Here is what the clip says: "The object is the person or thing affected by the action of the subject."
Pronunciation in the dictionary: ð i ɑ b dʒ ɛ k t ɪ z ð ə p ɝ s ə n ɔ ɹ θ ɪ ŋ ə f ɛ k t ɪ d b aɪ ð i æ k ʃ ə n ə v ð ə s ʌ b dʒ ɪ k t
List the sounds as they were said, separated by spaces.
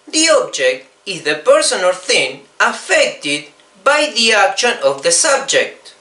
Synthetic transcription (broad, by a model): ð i ɑ b dʒ ɛ k t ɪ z ð ə p ɝ s ə n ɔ l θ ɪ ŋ ə f ɛ k t ɪ d b aɪ ð i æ k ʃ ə n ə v ð ə s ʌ b dʒ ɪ k t